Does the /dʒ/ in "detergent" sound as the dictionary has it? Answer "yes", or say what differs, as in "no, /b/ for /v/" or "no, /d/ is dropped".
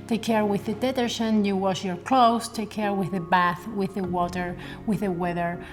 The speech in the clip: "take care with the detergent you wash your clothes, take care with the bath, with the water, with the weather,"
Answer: no, /ʃ/ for /dʒ/